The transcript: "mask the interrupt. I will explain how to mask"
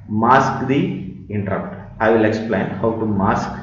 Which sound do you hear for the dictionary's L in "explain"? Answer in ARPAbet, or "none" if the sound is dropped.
L